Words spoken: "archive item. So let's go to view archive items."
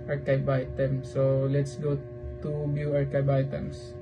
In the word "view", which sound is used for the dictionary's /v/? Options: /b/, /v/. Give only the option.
/b/